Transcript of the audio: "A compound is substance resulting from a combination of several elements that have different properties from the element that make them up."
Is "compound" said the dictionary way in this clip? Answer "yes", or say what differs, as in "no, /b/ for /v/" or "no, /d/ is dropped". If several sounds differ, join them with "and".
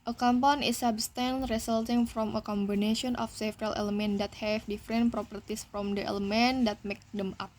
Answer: no, /d/ is dropped